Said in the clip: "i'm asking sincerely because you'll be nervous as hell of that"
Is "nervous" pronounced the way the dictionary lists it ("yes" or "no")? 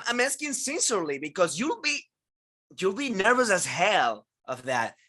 yes